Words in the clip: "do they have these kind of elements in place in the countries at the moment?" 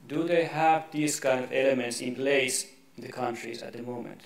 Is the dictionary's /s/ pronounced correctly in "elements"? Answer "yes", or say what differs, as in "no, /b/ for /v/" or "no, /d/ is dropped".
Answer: yes